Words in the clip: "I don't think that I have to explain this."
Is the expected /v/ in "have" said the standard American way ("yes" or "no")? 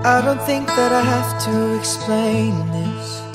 no